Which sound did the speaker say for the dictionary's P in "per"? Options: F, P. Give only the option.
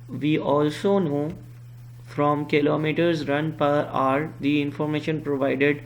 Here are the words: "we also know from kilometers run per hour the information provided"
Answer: P